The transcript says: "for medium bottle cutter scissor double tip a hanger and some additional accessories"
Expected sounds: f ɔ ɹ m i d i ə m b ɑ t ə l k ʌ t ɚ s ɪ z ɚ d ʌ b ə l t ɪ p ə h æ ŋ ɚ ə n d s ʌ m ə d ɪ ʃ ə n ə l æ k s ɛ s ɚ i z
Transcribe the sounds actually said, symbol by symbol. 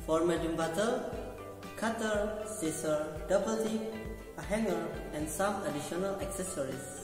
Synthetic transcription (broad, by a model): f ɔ ɹ m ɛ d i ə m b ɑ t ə k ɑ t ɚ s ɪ s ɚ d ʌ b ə l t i ə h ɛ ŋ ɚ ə n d s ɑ m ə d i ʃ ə n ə l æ k s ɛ s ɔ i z